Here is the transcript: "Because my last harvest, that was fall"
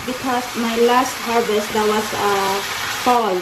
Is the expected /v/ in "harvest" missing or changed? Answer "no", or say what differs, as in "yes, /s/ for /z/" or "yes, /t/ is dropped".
yes, /b/ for /v/